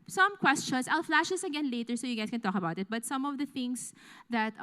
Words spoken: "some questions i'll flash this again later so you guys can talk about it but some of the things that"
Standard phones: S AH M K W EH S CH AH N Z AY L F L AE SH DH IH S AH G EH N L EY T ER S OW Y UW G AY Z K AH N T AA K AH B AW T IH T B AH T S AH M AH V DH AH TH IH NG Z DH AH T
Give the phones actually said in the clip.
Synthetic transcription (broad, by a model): S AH M K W EH S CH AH N S AY L F L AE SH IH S AH G EH N L EY T ER S OW Y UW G AY S K AH N T AA K AH B AW T IH T B AH T S AH M AH V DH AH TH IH NG S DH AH T